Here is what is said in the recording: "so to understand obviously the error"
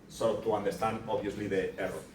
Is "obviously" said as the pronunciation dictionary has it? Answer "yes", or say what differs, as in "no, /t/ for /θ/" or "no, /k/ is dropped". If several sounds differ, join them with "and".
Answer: no, /v/ is dropped